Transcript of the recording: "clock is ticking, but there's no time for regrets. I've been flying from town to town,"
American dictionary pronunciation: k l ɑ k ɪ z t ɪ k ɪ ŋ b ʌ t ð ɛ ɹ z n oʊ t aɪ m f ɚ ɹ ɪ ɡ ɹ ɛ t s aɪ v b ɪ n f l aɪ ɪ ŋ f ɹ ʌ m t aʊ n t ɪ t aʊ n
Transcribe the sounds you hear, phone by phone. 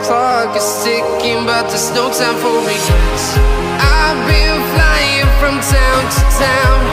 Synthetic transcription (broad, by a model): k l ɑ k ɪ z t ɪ k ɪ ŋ b ʌ t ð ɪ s n oʊ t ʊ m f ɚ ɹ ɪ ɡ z t aɪ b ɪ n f l aɪ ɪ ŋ f ɹ ʌ m t aʊ n t ɪ t aʊ n